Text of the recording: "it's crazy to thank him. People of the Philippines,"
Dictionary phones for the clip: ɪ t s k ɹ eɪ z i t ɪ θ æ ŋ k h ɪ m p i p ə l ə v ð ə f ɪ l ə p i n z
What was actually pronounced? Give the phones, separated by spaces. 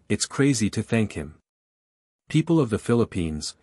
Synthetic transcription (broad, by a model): ɪ t s k ɹ eɪ z i t ɪ θ æ ŋ k h ɪ m p i p l ə v ð ə f ɪ l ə p i n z